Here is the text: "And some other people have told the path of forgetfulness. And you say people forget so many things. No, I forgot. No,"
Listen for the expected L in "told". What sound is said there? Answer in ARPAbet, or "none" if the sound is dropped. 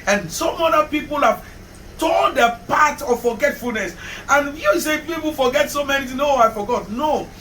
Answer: N